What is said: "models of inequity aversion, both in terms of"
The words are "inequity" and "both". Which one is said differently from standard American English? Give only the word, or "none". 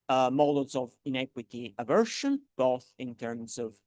none